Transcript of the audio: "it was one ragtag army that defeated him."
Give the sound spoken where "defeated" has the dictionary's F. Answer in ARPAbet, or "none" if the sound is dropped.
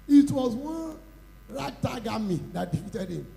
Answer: none